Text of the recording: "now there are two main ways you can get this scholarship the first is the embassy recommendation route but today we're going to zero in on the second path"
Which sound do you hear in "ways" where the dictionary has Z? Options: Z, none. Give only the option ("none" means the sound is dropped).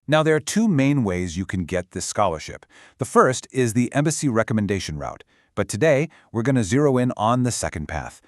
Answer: Z